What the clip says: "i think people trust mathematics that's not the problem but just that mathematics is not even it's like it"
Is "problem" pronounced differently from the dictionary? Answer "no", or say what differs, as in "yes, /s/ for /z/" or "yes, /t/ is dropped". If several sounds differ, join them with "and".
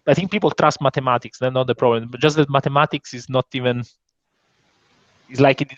no